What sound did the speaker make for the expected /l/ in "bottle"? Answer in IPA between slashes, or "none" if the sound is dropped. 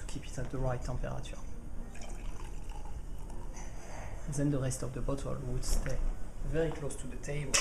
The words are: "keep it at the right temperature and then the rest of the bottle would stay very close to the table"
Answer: /l/